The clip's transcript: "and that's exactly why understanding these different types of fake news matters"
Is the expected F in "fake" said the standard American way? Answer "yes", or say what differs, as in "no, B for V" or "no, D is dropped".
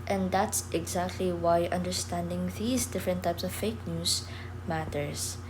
yes